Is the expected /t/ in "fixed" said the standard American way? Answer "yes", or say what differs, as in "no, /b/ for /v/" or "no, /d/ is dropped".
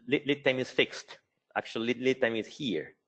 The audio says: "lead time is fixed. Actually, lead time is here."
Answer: yes